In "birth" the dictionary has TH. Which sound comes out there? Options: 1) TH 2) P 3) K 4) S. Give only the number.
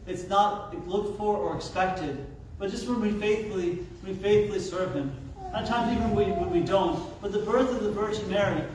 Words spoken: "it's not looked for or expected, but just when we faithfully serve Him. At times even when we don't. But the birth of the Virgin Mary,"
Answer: 1